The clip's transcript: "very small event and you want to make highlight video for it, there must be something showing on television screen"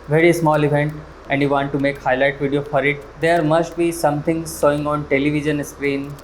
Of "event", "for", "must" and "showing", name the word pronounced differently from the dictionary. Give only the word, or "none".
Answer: showing